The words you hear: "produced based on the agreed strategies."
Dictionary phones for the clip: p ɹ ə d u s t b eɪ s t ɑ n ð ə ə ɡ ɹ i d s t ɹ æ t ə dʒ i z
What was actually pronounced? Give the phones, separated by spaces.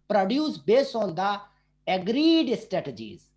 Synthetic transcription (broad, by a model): p ɹ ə d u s b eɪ s ɑ n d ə ə ɡ ɹ i d s t ɹ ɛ t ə dʒ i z